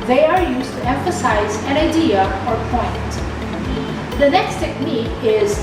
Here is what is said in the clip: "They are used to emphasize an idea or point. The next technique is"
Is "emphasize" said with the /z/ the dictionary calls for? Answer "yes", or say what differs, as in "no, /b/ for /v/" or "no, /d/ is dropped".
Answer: yes